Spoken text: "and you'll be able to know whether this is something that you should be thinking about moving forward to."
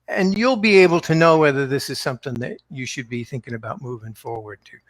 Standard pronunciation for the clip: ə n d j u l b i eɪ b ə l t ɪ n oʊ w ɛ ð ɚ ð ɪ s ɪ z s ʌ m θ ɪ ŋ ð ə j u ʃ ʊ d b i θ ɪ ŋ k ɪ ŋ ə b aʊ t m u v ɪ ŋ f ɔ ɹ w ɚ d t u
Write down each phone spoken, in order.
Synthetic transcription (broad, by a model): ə n j u l b i eɪ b l t ɪ n oʊ w ɛ ð ɚ ð ɪ s ɪ z s ʌ m θ ɪ ŋ ð ə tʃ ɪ ʃ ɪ d b i θ ɪ ŋ k ɪ ŋ ə b aʊ t m u v ɪ ŋ f ɔ ɹ w ɚ d t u